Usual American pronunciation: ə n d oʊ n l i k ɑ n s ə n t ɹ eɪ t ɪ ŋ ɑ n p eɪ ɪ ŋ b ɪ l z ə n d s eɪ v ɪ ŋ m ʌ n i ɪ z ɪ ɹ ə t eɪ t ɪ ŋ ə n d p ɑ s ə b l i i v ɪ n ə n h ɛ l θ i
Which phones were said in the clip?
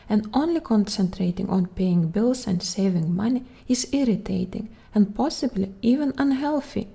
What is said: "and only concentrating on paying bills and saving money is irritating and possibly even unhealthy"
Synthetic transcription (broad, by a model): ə n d oʊ n l i k ɑ n s ə n t ɹ eɪ t ɪ ŋ ɑ n p eɪ ɪ ŋ b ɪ l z ə n d s eɪ v ɪ ŋ m ʌ n i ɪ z ɪ ɹ ə t eɪ t ɪ ŋ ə n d p ɑ s ə b l i i v ɪ n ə n h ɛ l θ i